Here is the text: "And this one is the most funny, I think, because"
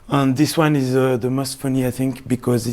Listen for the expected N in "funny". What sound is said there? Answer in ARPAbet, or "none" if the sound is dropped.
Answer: N